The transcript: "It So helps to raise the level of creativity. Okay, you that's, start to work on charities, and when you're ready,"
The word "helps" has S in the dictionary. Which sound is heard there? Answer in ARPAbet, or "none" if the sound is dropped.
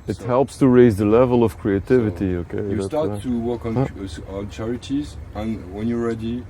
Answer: S